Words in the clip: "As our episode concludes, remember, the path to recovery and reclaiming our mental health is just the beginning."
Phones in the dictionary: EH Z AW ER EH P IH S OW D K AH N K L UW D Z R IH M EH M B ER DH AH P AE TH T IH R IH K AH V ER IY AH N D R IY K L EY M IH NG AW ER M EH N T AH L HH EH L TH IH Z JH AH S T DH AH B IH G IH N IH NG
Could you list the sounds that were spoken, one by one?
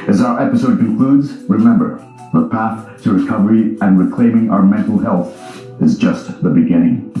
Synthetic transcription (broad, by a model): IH Z AW ER EH P IH S OW D K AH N K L UW D Z R IH M EH M B ER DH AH P AE TH T IH R IH K AH V ER IY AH N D R IY K L EY M IH NG AW ER M EH N T L HH EH L TH IH Z JH AH S T DH AH B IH G IH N IH NG